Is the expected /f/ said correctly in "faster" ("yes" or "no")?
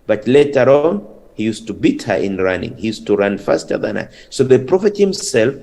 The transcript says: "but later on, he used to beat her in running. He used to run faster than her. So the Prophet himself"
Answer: yes